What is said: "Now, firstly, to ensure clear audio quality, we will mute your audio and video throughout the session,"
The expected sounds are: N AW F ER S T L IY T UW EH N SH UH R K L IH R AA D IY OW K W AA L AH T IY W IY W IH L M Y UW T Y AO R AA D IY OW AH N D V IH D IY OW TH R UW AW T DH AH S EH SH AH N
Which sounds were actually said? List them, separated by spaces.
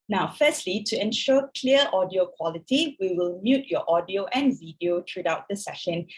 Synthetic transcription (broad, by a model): N AW F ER S T L IY T UW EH N SH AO K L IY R AA D IY OW K W AA L AH T IY W IY W IH L M Y UW T Y AO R AA D IY OW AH N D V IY D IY OW T R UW AW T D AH S EH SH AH N